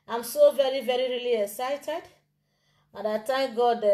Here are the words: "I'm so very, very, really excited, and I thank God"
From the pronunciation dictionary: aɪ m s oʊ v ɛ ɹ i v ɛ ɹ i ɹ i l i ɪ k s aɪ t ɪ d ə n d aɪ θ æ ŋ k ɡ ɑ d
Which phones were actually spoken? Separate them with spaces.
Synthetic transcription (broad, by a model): aɪ m s oʊ v ɛ ɹ i v ɛ ɹ i ɹ i l i ɪ k s aɪ t ɪ d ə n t aɪ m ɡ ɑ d